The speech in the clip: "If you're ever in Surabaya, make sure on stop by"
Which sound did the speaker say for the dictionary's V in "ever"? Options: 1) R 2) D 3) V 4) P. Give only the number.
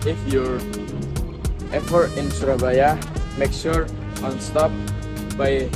4